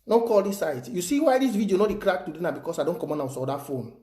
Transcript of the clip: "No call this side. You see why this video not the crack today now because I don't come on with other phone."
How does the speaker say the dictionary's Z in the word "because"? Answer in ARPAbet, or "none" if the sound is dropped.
S